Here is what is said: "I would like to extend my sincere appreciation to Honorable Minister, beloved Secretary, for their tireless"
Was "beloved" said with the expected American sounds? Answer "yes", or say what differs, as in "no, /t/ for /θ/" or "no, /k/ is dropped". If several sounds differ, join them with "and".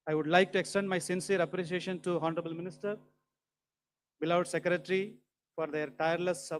no, /v/ is dropped